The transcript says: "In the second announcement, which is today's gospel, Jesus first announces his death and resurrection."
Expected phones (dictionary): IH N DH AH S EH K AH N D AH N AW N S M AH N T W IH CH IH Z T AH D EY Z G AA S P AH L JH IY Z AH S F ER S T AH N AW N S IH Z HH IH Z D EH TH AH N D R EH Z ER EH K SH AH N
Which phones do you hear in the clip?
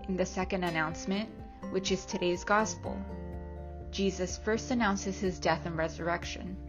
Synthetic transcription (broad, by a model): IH N DH AH S EH K AH N D AH N AW N S M AH N T W IH CH IH Z T AH D EY Z G AA S P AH L JH IY Z AH S F ER S T AH N AW N S IH Z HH IH Z D EH TH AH N R EH Z ER EH K SH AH N